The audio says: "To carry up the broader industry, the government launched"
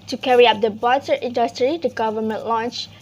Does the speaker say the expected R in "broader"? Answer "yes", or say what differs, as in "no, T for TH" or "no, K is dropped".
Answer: no, R is dropped